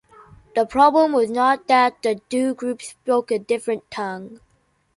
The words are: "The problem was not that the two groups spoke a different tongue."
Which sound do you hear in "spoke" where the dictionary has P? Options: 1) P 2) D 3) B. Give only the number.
3